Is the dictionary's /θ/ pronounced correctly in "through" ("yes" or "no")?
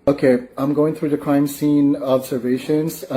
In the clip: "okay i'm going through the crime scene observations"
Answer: yes